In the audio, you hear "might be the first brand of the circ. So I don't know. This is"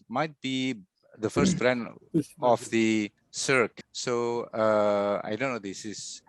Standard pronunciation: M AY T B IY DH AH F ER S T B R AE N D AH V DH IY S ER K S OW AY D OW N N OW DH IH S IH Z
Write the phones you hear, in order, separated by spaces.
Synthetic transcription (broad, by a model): M AY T B IY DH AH F ER S T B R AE N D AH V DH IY S ER K S OW AY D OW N N OW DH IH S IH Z